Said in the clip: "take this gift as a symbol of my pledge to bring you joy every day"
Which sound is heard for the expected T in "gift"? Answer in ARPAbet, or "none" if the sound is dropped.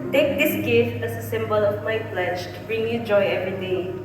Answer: none